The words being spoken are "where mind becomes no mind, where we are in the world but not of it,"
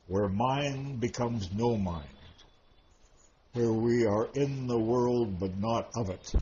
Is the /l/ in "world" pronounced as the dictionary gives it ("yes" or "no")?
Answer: yes